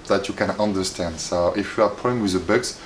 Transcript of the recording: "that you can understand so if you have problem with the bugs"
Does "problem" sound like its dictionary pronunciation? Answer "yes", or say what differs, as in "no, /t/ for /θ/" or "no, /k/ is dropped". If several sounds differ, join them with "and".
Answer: no, /ɹ/ is dropped and /b/ is dropped